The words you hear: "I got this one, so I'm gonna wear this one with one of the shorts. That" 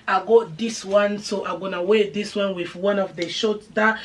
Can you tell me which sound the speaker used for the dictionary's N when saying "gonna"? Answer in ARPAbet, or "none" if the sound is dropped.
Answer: N